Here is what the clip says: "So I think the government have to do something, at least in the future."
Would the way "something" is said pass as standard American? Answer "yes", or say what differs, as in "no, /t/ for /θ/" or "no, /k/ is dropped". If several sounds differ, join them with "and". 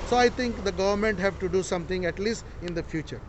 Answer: no, /t/ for /θ/